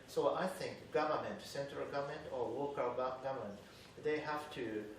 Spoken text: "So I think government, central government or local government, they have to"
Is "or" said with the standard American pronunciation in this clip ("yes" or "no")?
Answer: no